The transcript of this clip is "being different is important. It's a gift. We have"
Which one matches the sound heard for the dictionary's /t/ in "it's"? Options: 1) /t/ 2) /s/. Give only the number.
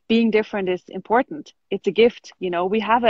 1